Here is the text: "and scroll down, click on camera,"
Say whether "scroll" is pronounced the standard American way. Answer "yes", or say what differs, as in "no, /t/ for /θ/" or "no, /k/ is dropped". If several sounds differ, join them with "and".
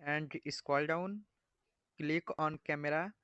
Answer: no, /ɹ/ is dropped